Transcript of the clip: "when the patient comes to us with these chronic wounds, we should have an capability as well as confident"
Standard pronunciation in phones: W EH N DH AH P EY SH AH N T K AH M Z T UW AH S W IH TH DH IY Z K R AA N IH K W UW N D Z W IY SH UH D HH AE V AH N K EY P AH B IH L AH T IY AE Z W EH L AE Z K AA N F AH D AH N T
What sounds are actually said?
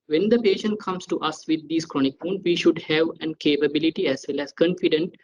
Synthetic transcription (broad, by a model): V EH N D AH P EY SH AH N T K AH M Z T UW AH S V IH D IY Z K R AA N IH K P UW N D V IY SH UH D HH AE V AH N K EY P AH B IH L AH T IY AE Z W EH L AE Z K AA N F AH D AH N T